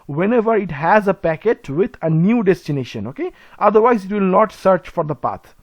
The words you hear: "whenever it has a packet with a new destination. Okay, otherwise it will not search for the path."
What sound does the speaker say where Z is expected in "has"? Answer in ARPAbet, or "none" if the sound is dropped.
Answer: Z